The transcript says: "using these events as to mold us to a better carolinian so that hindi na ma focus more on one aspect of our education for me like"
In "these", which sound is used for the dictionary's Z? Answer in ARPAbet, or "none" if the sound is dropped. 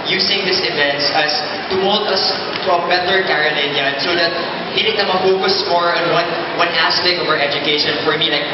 S